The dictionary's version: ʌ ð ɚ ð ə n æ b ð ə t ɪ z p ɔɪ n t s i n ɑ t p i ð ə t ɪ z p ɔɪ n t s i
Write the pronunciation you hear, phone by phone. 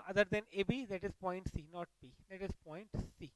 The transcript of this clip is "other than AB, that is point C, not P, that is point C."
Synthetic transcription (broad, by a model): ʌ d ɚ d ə n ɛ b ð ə t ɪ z p ɔɪ n t s i n ɑ t b i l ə t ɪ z p ɔɪ n t s i